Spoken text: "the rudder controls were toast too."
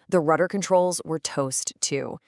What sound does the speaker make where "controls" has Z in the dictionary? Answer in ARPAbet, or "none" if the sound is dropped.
Z